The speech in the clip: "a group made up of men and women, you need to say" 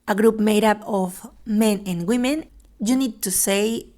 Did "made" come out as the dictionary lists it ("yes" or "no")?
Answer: yes